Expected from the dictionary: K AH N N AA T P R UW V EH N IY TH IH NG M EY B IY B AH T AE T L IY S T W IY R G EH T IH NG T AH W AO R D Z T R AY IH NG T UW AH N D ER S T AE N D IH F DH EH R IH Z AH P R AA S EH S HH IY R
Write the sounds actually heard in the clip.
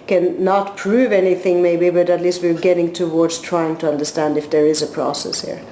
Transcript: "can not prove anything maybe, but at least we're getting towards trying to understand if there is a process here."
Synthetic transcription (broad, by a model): K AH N N AA T P R UW V EH N IY TH IH NG M EY B IY B AH T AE T L IY S T W IY R G EH T IH NG T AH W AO R D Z T R AY IH NG T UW AH N D ER S T AE N D IH F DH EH R IH Z AH P R AA S EH S HH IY R